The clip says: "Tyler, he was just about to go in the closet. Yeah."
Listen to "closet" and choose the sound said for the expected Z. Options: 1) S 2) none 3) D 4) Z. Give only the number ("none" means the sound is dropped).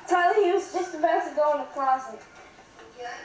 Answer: 1